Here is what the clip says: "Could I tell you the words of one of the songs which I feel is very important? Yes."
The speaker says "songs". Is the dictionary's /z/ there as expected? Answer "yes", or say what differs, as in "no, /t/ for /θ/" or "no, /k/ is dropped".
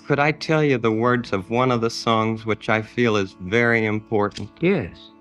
yes